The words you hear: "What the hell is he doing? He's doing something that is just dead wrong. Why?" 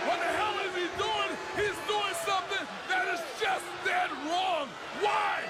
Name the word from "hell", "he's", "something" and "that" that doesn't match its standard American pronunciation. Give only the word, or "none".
none